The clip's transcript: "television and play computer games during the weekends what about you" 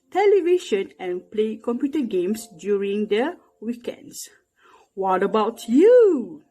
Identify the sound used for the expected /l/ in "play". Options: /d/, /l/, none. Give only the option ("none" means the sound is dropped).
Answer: /l/